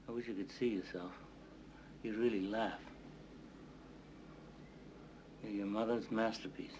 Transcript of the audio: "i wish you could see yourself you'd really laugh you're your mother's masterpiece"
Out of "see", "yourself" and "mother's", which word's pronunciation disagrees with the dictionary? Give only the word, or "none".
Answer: none